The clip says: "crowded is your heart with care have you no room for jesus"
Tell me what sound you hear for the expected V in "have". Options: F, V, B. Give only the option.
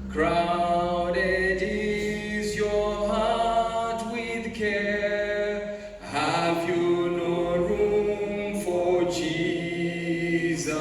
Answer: V